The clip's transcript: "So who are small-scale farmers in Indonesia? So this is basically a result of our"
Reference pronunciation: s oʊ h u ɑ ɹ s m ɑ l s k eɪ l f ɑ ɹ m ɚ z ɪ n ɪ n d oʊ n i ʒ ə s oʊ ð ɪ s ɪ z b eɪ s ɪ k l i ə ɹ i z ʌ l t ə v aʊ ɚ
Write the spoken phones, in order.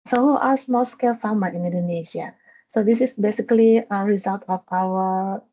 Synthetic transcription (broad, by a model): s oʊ h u ɑ ɹ s m ɑ l s k eɪ l f ɑ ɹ m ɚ ɪ n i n d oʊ n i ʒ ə s oʊ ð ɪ s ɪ s b eɪ s ɪ k l i ə ɹ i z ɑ l t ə f aʊ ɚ